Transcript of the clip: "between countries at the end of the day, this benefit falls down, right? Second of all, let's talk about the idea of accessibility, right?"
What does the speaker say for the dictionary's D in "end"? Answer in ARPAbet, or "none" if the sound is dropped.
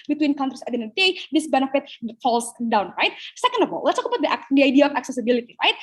none